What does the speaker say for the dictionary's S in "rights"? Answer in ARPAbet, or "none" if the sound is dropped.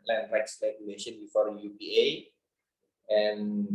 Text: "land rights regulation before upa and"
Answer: S